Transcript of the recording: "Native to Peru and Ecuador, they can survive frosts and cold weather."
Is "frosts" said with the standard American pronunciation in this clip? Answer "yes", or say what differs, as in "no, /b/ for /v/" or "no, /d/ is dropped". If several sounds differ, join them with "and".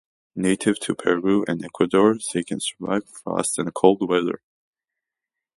no, /ɹ/ is dropped and /s/ is dropped